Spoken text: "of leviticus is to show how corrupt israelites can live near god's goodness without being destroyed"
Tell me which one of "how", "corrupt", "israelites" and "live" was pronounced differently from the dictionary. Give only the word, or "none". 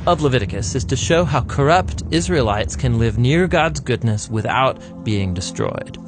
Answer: none